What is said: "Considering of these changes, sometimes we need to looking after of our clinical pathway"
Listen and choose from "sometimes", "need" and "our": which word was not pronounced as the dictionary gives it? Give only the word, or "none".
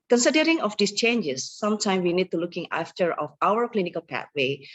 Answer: sometimes